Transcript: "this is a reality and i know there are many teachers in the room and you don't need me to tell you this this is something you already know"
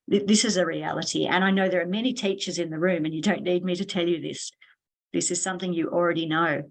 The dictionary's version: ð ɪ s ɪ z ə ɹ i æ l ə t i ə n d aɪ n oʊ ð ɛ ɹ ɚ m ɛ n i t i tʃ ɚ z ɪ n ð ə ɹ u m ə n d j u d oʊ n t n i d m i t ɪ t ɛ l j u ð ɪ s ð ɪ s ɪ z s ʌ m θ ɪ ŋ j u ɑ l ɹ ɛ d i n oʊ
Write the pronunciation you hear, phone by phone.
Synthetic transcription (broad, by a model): ð ɪ s ɪ z ə ɹ i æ l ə t i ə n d aɪ n oʊ ð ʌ ɹ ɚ m ɛ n i t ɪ tʃ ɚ z ɪ n ð ə ɹ u m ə n j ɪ d oʊ n t l i d m i t ɪ t ɛ l j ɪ ð ɪ s ð ɪ s ɪ z s ʌ m θ ɪ ŋ j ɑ l ɹ ɛ d i n oʊ